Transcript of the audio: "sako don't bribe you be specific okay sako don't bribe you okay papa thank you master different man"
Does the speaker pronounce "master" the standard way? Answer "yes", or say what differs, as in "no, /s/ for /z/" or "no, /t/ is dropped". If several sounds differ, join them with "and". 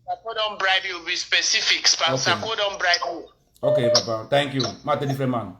no, /s/ is dropped